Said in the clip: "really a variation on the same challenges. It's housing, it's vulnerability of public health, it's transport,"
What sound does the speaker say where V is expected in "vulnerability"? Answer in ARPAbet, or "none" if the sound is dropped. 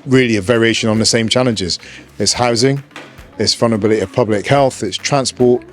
F